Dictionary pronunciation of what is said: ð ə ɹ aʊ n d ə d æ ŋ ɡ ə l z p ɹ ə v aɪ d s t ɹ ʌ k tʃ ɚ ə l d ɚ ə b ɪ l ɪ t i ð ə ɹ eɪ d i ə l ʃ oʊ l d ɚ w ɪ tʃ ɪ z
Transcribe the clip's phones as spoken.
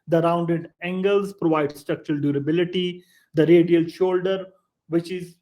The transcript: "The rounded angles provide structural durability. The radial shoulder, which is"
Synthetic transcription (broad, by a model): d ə ɹ aʊ n d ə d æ ŋ ɡ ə l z p ɹ ə v aɪ d s t ɹ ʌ k tʃ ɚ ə l d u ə b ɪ l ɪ t i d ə ɹ eɪ d i ə l ʃ oʊ l d ɚ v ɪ tʃ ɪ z